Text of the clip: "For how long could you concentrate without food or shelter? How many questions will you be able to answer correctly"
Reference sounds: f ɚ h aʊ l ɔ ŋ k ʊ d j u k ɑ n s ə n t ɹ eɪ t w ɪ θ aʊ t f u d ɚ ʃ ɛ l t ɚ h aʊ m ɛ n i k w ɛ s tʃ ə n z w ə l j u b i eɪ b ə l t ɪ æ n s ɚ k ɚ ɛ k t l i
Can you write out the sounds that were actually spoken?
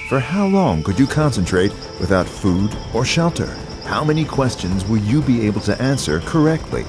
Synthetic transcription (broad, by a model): f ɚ h aʊ l ɔ ŋ k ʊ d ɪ k ɑ n s ə n t ɹ eɪ t w ɪ θ aʊ t f u d ɚ ʃ ɛ l t ɚ h aʊ m ɛ n i k w ɛ s tʃ ə n z w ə j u b i eɪ b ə l t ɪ æ n s ɚ k ɚ ɛ k t l i